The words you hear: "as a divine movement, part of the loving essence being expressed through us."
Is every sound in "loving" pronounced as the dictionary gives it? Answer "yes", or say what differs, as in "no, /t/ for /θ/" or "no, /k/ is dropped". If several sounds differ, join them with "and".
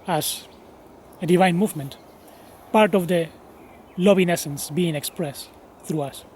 no, /b/ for /v/